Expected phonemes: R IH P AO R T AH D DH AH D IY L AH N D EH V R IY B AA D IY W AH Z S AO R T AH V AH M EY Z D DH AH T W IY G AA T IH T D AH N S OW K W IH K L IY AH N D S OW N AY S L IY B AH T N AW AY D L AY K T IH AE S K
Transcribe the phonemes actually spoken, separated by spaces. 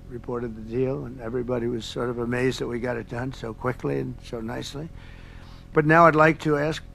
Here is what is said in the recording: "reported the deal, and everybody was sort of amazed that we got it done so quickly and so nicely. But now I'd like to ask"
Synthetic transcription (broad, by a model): R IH P AO R T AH D DH AH D IY L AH N EH V R IY B AA D IY W AH Z S AO R T AH V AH M EY Z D DH AH T W IY G AA T IH T D AH N S OW K W IH K L IY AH N S OW N AY S L IY B AH T N AW AY D L AY K T IH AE S K